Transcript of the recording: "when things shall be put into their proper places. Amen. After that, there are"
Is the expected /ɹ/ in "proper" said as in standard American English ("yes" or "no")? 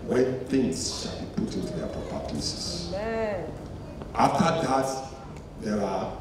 no